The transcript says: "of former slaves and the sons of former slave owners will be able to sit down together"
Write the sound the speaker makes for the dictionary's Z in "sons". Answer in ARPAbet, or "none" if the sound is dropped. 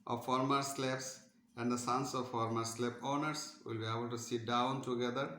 S